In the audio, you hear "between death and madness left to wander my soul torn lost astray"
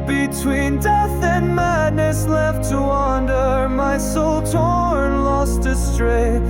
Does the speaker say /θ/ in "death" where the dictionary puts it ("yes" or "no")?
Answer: yes